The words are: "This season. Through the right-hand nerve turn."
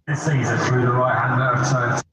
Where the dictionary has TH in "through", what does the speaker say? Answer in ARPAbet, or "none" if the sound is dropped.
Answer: TH